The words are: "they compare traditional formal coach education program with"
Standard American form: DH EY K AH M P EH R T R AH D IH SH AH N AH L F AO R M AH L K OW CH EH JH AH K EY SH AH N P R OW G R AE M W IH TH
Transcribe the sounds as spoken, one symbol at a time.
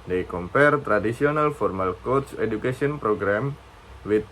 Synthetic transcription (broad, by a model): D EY K AH M P EH R T R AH D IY S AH N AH L F AO R M AH L K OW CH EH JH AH K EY S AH N P R OW G R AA M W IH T